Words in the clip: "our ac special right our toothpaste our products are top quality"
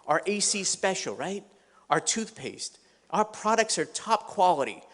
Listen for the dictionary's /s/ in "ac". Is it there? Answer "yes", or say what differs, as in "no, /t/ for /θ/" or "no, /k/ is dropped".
yes